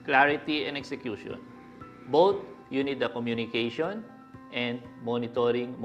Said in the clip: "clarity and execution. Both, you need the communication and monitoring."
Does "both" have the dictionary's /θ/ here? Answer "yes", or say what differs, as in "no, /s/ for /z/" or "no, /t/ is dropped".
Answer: no, /t/ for /θ/